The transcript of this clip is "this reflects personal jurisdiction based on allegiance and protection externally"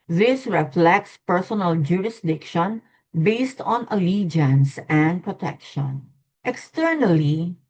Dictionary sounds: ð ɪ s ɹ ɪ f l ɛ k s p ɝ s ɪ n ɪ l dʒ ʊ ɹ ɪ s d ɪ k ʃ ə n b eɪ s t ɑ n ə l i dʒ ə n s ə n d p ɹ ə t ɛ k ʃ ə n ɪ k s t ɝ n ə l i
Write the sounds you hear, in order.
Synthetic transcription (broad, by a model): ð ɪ s ɹ ɪ f l ɛ k s p ɝ s ɪ n ɪ l dʒ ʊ ɹ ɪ s d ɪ k ʃ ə n b eɪ s t ɑ n ə l i dʒ ə n s ə n d p ɹ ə t ɛ k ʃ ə n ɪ k s t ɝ n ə l i